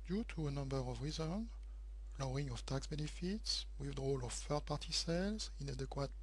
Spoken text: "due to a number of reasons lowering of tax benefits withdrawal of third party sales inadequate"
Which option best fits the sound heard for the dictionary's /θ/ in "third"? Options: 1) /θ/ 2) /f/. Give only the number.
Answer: 2